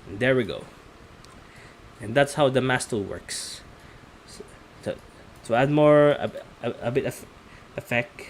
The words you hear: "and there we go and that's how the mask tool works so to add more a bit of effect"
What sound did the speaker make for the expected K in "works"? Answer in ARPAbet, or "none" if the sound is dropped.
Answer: K